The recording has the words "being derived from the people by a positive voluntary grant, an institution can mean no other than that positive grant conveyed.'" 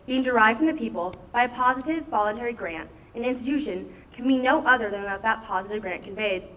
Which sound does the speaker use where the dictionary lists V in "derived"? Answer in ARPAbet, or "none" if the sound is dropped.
V